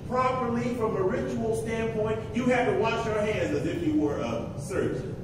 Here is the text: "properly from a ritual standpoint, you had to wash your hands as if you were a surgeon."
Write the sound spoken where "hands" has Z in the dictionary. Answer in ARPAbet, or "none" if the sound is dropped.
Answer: Z